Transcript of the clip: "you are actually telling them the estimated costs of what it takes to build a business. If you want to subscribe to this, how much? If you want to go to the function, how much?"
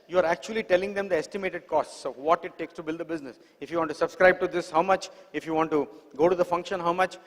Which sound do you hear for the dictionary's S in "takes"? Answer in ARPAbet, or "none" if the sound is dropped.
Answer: S